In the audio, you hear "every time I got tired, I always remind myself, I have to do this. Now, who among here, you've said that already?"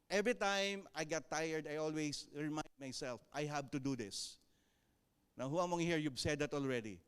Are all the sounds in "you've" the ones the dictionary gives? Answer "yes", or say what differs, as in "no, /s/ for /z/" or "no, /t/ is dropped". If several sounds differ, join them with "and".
no, /b/ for /v/